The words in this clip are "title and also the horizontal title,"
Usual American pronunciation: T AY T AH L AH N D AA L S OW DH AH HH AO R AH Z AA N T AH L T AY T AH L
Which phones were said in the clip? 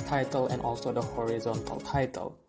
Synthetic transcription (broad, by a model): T AY T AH L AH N AA L S OW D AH HH AO R AH Z AA N T AH L T AY T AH L